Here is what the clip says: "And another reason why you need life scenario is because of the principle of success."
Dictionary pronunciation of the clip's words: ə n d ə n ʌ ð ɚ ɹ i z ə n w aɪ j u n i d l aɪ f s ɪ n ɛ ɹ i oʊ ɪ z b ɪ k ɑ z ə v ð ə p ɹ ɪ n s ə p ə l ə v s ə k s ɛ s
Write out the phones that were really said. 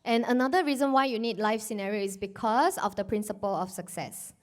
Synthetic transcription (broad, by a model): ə n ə n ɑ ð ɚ ɹ i z ə n w aɪ j u n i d l aɪ f s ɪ n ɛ ɹ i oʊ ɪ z b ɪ k ɑ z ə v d ə p ɹ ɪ n s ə p ə l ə f s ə k s ɛ s